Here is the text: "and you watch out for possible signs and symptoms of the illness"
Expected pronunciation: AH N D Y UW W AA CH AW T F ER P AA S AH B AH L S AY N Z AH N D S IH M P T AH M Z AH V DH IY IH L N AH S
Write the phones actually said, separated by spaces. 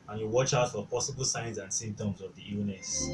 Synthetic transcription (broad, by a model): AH N Y UW W AA CH AW T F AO P AA S AH B AH L S AY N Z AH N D S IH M T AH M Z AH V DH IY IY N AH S